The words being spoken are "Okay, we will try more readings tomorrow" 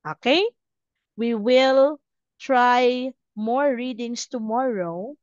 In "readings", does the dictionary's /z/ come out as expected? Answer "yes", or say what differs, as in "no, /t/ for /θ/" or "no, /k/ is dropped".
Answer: no, /s/ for /z/